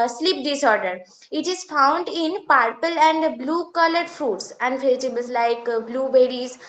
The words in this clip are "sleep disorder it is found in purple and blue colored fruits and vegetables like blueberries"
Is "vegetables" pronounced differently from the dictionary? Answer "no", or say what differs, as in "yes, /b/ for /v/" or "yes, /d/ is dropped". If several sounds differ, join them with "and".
yes, /f/ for /v/